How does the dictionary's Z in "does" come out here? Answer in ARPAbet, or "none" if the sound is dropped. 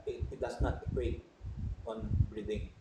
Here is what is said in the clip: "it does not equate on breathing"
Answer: S